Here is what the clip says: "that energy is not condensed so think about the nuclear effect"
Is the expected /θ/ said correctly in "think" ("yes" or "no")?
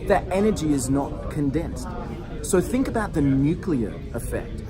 yes